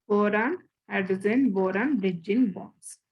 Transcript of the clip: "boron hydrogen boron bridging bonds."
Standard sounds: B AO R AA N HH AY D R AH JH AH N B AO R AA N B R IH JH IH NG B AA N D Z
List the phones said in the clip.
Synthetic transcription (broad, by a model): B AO R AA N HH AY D AH Z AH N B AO R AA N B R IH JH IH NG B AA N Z